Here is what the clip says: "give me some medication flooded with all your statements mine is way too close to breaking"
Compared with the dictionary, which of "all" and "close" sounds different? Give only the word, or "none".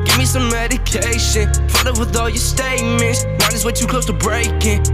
close